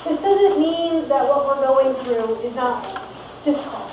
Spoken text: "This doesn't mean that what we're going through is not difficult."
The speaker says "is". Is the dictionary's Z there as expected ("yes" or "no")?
yes